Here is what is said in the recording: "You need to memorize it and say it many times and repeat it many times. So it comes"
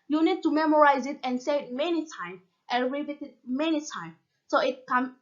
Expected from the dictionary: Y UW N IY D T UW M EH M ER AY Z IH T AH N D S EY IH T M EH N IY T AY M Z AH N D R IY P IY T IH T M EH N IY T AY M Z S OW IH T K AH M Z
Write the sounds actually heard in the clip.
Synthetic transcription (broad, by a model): Y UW N IY D T UW M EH M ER AY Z IH T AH N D S EY IH T M EH N IY T AY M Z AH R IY B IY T IH T M EH N IY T AY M S OW IH T K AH M